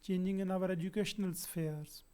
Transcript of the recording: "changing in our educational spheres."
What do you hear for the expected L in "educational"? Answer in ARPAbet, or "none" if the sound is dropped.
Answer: L